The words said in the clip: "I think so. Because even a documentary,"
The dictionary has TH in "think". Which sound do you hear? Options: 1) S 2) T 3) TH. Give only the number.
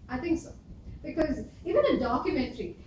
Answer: 2